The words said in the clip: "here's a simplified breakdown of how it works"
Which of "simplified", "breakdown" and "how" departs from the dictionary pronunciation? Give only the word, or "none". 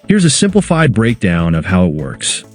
none